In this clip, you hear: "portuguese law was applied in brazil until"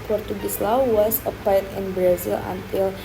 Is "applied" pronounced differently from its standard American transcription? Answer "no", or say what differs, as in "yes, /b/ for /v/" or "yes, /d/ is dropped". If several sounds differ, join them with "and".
yes, /l/ is dropped